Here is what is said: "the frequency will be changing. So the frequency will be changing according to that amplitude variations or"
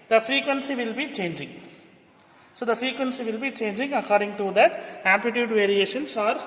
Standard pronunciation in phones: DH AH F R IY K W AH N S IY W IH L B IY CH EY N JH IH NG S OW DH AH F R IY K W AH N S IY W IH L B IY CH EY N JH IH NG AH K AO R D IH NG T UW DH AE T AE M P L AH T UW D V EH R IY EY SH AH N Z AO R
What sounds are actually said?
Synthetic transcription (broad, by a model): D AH F R IY K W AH N S IY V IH L B IY CH EY N JH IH NG S OW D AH F R IY K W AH N S IY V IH L B IY CH EY N JH IH NG AH K AO R D IH NG T UW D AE T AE P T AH T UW D V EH R IY EY SH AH N S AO R